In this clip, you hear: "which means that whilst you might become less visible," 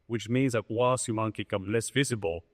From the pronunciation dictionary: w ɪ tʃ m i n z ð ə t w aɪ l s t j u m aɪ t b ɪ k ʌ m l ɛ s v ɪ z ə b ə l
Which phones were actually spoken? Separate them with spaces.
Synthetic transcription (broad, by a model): w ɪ tʃ m i n z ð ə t w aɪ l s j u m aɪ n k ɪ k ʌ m l ɛ s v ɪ z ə b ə l